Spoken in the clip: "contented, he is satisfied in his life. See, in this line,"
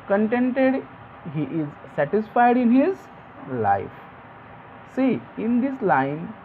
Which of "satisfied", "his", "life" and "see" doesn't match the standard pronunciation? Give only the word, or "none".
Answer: none